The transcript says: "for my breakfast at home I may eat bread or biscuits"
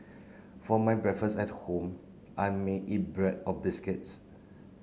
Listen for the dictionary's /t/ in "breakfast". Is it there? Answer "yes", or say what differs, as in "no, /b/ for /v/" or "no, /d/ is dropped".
no, /t/ is dropped